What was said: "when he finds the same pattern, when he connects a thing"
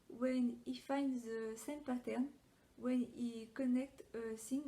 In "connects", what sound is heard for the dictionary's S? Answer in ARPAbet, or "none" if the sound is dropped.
none